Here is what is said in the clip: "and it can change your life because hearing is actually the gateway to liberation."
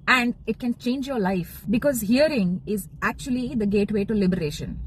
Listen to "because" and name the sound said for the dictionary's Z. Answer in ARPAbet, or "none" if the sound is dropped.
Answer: Z